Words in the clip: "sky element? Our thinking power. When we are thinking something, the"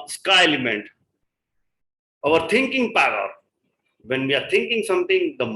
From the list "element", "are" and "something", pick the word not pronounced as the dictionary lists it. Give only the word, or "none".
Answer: something